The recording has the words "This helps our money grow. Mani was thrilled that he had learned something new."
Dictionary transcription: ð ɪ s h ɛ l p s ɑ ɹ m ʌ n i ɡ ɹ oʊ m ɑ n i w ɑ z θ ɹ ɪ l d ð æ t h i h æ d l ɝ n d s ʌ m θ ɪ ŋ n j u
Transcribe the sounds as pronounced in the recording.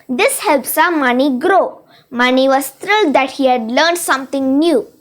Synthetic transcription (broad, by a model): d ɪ s h ɛ l p s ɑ m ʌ n i ɡ ɹ oʊ m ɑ n i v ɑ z t ɹ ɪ l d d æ t h i h æ d l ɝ n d s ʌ m t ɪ ŋ n j u